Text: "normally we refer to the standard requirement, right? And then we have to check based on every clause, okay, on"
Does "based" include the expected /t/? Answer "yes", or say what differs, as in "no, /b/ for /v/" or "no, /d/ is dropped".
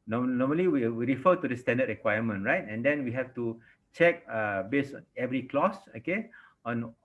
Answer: no, /t/ is dropped